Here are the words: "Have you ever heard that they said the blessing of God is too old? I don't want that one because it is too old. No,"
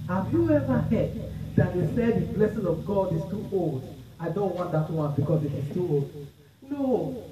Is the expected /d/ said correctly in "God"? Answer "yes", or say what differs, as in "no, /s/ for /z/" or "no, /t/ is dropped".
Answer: yes